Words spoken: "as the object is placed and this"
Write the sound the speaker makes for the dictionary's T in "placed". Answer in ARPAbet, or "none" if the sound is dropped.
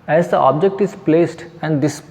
T